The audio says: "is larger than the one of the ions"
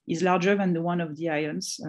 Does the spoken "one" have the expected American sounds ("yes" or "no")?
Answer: yes